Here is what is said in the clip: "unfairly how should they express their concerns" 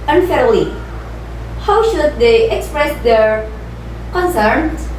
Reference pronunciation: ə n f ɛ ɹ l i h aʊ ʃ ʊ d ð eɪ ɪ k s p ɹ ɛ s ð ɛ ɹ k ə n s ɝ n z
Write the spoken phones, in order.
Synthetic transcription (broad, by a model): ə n f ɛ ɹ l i h aʊ ʃ ʊ d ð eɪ ɪ k s p ɹ ɛ s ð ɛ ɹ k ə n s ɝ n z